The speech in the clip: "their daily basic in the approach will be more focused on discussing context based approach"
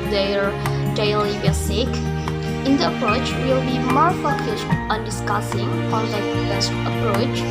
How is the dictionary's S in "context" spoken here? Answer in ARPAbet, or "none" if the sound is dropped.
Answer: none